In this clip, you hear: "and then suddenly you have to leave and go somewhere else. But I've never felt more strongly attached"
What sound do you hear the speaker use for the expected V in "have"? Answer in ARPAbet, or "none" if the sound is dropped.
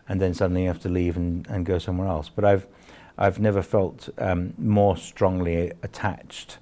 F